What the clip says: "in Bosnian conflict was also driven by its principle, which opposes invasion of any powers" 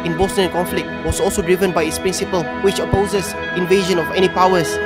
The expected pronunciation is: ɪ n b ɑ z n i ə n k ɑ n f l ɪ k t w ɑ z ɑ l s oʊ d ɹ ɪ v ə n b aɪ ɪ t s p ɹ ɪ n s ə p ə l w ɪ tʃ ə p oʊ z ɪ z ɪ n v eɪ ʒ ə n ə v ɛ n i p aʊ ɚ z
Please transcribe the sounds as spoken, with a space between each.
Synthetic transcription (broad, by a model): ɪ n b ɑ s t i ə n k ɑ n f l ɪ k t w ɑ s ɑ l s oʊ d ɹ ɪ v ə n b aɪ ɪ t s p ɹ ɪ n s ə p ə l w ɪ tʃ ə p oʊ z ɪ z ɪ n v eɪ ʒ ə n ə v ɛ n i p aʊ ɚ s